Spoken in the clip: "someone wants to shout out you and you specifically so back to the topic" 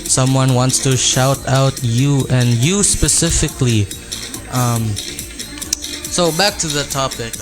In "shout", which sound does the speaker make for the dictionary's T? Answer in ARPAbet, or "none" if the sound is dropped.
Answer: T